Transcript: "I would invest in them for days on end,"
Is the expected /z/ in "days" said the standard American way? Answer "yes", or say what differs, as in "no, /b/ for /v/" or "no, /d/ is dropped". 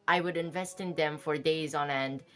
yes